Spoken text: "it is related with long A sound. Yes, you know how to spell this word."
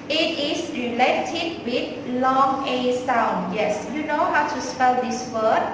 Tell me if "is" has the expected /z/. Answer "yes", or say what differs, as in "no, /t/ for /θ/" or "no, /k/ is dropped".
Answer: no, /s/ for /z/